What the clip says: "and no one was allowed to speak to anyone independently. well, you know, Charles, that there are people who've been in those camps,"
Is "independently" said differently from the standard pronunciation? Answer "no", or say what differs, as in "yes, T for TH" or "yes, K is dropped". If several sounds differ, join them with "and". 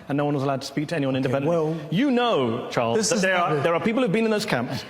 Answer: yes, P is dropped